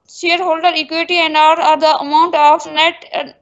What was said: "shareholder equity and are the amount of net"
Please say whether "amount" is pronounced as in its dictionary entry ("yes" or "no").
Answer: yes